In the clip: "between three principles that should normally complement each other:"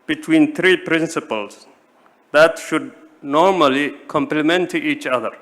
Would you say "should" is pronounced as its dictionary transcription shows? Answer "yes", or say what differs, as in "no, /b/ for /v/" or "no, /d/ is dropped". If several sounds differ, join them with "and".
yes